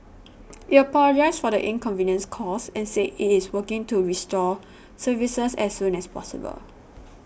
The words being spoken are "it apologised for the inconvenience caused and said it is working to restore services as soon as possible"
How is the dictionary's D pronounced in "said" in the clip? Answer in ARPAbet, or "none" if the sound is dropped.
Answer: none